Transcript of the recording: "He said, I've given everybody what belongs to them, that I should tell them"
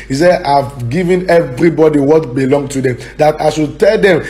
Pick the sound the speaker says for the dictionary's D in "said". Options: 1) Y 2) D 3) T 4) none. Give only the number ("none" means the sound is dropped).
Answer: 4